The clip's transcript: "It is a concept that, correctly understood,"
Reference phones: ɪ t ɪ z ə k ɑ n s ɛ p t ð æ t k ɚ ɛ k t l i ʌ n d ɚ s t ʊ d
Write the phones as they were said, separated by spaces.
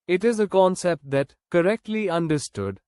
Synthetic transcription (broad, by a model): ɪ t ɪ z ə k ɑ n s ɛ p t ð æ t k ɚ ɛ k t l i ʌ n d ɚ s t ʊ d